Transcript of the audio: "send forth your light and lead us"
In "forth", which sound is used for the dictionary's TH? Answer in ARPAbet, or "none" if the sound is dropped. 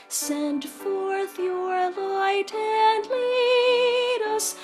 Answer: TH